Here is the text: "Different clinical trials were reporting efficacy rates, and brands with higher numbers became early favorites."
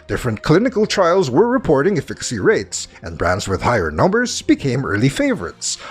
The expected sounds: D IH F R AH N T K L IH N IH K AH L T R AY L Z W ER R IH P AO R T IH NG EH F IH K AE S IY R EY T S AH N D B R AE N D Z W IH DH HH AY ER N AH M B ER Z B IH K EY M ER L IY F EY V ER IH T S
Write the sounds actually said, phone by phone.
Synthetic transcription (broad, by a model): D IH F R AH N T K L IH N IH K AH L T R AY L Z W ER R IH P AO R T IH NG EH F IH K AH S IY R EY T S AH N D B R AE N D Z W IH DH HH AY ER N AH M B ER Z B IH K EY M ER L IY F EY V ER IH T S